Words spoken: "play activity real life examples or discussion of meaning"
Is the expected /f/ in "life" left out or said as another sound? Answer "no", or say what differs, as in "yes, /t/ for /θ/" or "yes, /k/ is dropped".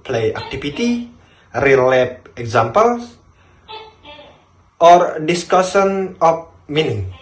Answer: yes, /p/ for /f/